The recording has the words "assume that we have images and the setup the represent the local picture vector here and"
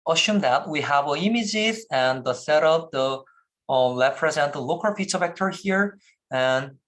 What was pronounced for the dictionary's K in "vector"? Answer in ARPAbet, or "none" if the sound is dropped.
K